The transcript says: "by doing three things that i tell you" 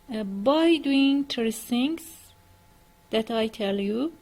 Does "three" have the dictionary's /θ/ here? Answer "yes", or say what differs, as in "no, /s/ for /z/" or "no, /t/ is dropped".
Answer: no, /t/ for /θ/